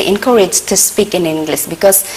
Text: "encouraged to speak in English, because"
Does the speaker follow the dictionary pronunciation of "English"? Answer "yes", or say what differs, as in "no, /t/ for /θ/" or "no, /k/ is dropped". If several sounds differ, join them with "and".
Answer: no, /s/ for /ʃ/